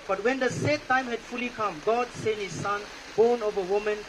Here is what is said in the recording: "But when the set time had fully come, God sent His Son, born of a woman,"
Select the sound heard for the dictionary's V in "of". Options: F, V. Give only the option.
V